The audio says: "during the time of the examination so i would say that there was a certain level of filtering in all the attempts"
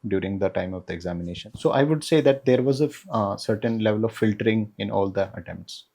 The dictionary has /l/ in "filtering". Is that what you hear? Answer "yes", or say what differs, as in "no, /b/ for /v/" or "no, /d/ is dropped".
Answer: yes